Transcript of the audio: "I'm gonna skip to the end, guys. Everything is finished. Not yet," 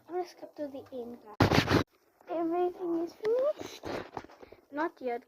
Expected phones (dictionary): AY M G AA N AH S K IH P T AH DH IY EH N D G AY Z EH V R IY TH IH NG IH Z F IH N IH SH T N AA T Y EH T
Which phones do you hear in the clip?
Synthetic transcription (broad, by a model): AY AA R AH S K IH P T AH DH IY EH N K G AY EH V R IY TH IH NG IH Z F IH N IH SH T N AA T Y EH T